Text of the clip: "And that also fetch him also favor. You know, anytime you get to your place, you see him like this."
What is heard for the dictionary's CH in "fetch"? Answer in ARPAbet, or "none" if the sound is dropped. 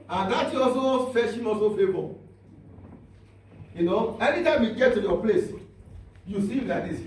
SH